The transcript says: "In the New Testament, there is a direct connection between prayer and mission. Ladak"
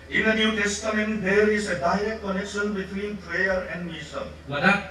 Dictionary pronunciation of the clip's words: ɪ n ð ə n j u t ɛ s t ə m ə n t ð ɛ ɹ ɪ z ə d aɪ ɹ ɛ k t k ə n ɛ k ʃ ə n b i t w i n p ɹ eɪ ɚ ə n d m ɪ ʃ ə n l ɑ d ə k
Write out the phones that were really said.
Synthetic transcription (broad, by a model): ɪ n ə n j u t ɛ s t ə m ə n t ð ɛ ɹ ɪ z ə d aɪ ɹ ɛ k t k ə n ɛ k ʃ ə n b i t w i n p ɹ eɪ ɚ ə n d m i s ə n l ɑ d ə